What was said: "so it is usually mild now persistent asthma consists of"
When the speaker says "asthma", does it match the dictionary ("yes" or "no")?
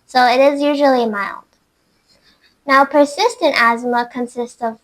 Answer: yes